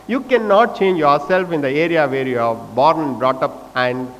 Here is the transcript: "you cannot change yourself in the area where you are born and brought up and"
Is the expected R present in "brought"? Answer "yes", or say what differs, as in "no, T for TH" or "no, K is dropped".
yes